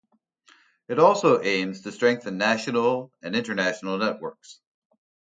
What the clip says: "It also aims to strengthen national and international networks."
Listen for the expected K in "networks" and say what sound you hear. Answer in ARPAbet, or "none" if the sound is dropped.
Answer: K